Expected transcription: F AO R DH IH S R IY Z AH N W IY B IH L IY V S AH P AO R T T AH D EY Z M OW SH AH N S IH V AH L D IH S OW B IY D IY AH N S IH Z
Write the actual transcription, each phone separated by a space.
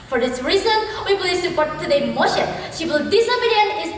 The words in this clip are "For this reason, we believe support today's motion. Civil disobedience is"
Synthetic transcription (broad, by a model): F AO R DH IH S R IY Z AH N W IY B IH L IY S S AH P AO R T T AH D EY M OW SH AH N SH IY W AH L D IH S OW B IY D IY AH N IH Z